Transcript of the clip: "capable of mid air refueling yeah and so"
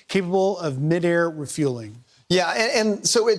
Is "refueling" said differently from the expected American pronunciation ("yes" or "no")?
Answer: no